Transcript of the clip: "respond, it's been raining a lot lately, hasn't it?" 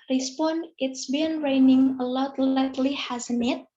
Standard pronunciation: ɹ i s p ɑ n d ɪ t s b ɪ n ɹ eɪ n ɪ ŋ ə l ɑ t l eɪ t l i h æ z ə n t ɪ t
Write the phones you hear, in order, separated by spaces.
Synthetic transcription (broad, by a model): ɹ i s p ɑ n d ɪ t s b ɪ n ɹ eɪ n ɪ ŋ ə l ɑ t l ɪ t l i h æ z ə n ɪ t